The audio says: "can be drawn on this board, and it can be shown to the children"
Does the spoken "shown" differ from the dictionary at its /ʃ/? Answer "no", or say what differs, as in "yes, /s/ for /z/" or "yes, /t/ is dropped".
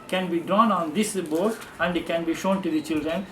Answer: no